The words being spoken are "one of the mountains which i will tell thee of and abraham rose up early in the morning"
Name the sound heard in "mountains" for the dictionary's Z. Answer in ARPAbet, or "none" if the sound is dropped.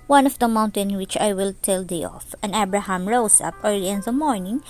none